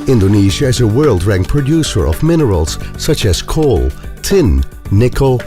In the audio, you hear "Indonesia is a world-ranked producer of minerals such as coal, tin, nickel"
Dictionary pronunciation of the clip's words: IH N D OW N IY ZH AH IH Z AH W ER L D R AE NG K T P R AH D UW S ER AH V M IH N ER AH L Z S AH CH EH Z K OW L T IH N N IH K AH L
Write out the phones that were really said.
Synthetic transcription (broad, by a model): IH N D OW N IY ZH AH IH Z AH W ER L D R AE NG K P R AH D UW S ER AH V M IH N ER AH L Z S AH CH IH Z K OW L T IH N N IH K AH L